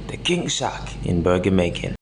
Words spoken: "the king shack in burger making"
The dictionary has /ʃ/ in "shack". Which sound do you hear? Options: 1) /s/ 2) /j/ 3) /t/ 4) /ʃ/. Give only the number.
1